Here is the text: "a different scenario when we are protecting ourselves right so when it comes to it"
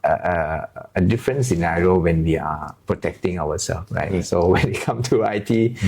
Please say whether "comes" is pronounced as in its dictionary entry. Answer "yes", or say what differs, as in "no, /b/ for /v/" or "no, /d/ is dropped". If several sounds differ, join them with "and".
no, /z/ is dropped